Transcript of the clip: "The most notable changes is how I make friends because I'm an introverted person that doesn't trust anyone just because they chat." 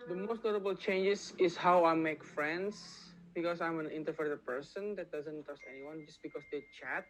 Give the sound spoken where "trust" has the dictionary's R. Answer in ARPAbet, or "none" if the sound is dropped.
none